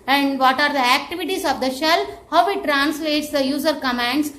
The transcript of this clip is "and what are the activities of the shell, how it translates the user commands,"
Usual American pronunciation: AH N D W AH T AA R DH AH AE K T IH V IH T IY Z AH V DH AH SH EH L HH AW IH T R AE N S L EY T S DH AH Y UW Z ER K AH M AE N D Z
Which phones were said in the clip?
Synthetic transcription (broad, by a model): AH N D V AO T AA R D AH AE K T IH V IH T IY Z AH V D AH SH EH L HH AW IH T R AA N S L EY T S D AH Y UW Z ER K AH M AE N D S